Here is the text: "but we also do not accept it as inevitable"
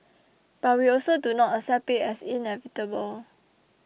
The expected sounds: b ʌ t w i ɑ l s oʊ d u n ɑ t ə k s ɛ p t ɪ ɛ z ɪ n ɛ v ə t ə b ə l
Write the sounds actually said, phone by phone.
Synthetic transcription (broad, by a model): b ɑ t w i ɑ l s oʊ d u n ɑ t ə s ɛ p ɪ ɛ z ɪ n ɛ v ə t ə b ə l